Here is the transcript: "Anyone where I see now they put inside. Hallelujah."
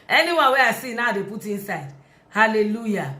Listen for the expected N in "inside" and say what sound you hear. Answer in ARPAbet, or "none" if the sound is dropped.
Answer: N